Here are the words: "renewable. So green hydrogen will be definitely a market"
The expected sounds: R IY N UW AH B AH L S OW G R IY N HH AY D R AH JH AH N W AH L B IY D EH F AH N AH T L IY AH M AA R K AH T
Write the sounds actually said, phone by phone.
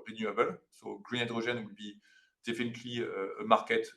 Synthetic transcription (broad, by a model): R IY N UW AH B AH L S OW G R IY N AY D R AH ZH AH N W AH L B IY D EH F AH N AH T L IY AH M AA R K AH T